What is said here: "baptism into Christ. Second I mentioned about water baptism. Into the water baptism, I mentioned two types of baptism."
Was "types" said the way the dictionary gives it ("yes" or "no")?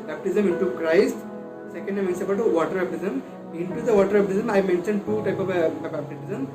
no